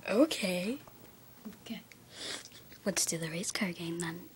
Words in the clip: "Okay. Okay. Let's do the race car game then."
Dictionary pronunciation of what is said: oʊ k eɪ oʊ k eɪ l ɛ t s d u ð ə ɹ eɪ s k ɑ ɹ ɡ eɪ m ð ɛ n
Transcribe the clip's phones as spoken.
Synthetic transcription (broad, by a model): oʊ k eɪ oʊ k eɪ w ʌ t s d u ð ə ɹ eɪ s k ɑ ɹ ɡ eɪ m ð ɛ n